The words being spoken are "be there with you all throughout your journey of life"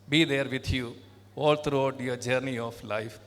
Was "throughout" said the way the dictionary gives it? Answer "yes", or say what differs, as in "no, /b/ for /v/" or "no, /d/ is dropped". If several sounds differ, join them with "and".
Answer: no, /t/ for /θ/